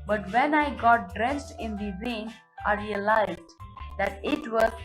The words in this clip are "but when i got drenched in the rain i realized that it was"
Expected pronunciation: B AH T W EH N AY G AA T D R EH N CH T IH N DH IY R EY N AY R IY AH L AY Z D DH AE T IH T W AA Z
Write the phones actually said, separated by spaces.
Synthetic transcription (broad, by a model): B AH T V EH N AY G AA T D R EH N S T IH N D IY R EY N AY R IY AH L AY Z D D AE T IH T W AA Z